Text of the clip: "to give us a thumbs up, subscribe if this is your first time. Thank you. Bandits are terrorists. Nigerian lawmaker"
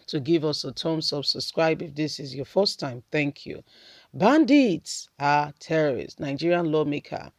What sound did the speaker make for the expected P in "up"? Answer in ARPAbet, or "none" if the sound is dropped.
B